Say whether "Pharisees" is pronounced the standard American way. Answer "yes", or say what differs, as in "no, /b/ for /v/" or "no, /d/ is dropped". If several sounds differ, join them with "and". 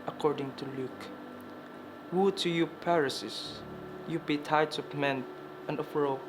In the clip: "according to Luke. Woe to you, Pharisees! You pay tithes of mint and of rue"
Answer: no, /p/ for /f/ and /s/ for /z/